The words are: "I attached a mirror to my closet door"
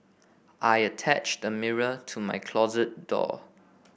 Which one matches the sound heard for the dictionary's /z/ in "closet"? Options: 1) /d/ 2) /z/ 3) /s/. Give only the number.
2